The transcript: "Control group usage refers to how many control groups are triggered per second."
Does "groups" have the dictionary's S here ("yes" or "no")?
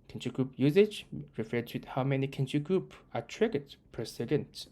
no